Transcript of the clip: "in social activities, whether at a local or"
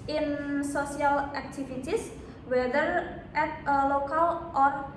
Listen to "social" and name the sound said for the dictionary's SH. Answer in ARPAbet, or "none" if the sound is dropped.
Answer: S